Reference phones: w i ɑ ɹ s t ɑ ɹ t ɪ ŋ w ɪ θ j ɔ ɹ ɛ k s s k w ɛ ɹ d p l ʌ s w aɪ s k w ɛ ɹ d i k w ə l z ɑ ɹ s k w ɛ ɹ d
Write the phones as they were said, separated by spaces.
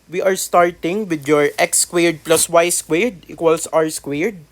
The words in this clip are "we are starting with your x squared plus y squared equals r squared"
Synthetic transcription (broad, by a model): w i ɑ ɹ s t ɑ ɹ t ɪ ŋ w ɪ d j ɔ ɹ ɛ k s s k w ɛ ɹ d p l ʌ s w aɪ s k w ɛ ɹ d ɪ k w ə l s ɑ w s k w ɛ ɹ d